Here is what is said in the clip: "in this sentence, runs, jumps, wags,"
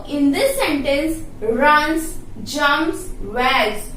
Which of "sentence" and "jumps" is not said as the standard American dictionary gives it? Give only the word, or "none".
jumps